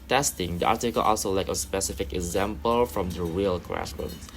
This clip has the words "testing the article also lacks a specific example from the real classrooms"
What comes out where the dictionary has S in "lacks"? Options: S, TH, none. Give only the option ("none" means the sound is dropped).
none